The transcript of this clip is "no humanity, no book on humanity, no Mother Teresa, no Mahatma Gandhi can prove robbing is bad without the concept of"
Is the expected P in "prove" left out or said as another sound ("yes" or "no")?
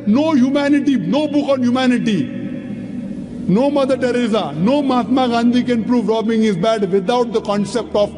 no